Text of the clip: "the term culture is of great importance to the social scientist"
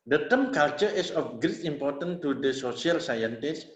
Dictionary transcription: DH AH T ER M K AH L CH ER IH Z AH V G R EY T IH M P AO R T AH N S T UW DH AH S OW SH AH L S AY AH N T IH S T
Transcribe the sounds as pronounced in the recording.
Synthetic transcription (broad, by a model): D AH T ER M K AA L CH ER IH S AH F G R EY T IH M P AO R T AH N T UW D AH S OW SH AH L S AY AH N T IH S